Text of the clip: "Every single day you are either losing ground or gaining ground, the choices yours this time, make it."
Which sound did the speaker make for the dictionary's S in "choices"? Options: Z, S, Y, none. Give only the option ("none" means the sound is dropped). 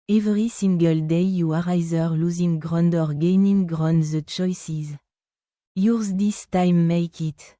S